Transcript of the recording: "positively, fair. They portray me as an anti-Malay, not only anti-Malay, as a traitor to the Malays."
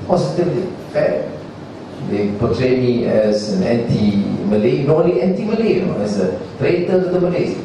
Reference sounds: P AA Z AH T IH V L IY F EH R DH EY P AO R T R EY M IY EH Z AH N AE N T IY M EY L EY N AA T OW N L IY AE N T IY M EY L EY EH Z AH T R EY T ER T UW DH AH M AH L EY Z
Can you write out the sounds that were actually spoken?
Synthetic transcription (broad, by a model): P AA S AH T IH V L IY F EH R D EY P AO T R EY M IY EH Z AH N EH N T IY M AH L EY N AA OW L IY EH N T IY M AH L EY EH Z AH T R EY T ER T UW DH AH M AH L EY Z